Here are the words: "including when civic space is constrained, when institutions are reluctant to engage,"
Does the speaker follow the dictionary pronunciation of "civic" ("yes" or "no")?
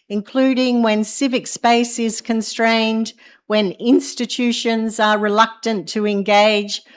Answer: yes